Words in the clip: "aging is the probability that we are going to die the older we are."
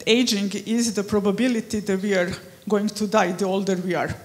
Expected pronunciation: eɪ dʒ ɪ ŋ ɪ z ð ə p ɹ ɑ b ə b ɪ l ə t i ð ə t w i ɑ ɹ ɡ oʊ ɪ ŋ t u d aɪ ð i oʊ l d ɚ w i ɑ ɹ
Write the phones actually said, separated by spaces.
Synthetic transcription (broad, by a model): eɪ dʒ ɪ ŋ ɪ z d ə p ɹ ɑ b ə b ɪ l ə t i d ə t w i ɑ ɹ ɡ oʊ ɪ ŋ t u d aɪ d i oʊ l d ɚ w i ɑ ɹ